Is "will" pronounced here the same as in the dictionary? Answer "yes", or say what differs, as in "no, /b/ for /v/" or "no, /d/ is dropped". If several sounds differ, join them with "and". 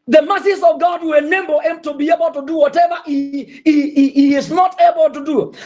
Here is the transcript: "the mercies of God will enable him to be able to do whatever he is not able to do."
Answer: no, /n/ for /l/